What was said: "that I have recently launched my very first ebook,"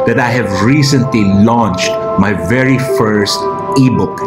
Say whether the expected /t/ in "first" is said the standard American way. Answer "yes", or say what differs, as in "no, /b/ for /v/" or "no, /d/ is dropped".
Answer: yes